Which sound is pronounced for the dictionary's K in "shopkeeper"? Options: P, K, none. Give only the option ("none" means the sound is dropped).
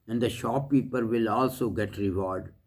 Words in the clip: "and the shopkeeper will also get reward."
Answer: none